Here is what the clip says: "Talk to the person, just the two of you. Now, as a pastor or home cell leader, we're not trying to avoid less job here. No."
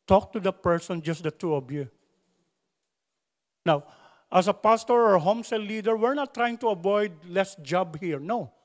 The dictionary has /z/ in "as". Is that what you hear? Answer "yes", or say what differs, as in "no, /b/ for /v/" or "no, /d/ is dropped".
no, /s/ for /z/